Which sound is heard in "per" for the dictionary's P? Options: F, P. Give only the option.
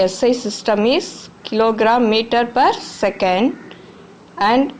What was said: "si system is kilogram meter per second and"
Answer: P